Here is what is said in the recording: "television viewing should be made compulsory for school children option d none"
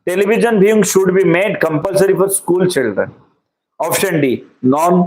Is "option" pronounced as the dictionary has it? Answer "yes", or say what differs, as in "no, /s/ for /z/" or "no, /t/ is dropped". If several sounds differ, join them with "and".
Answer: no, /f/ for /p/